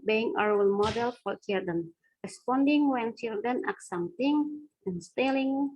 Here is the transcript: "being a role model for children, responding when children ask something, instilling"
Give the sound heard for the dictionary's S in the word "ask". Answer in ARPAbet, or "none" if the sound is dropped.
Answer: none